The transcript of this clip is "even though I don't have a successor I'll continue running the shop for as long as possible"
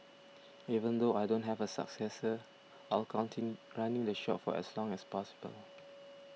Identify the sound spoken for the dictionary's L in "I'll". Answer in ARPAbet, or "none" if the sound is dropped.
L